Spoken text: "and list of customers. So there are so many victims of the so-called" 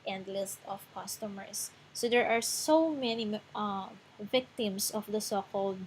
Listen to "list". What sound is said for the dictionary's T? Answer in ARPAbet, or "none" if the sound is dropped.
T